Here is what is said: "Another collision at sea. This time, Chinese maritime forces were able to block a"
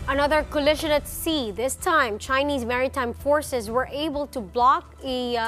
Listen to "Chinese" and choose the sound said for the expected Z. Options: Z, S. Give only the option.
Z